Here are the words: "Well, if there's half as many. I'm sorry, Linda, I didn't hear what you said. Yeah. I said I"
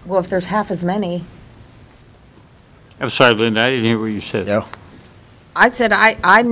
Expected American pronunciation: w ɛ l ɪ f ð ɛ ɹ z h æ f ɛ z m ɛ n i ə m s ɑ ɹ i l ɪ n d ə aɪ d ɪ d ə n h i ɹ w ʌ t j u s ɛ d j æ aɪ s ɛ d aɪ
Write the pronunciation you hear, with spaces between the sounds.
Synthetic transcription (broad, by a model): w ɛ l ɪ f ð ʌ ɹ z h æ f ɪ z m ɛ n i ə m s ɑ i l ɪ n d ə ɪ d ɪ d n h i ɹ w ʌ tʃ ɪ s ɛ d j aɪ s ɛ d aɪ